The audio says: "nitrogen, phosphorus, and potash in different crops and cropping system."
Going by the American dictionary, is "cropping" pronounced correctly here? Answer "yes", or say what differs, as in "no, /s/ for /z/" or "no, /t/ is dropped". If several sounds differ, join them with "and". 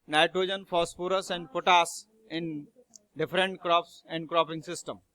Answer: yes